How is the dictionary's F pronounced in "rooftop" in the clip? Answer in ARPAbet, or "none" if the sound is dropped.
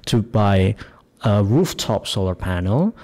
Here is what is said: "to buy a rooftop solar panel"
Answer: F